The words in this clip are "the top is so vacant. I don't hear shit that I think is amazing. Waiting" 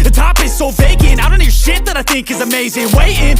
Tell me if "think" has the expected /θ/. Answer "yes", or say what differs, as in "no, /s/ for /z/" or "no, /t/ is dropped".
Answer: yes